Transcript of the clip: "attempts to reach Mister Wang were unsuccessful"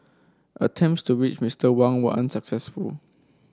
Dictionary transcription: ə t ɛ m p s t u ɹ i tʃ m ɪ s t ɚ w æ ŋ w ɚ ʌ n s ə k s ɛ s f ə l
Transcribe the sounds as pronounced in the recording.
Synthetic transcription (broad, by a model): ə t ɛ m p s t u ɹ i tʃ m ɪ s t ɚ w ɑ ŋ w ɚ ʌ n s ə k s ɛ s f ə l